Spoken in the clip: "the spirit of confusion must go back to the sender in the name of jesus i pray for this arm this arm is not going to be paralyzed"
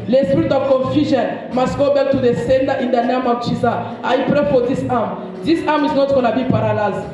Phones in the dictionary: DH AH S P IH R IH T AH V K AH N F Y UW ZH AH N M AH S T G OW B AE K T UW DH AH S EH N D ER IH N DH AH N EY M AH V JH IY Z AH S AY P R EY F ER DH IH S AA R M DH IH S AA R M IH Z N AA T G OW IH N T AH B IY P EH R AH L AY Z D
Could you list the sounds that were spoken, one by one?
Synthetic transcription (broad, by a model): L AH S P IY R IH T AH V K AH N F Y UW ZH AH N M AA S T G OW B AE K T UW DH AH S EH N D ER IH N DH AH N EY M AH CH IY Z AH AY P R EY F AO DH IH S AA M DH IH S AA M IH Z N AA T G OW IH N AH B IY P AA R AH L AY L